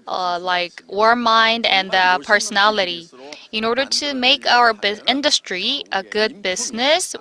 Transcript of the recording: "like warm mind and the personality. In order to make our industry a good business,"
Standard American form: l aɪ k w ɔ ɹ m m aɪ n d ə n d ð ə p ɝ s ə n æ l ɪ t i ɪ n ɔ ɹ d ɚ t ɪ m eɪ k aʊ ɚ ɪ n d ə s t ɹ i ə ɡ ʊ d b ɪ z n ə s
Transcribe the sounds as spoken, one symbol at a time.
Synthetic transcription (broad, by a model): l aɪ k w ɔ ɹ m m aɪ n d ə n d ð ə p ɝ s ə n æ l ɪ t i ɪ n ɔ ɹ d ɚ t ɪ m eɪ k aʊ ɚ ɪ n d ə s t ɹ i ə ɡ ʊ d b ɪ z n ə s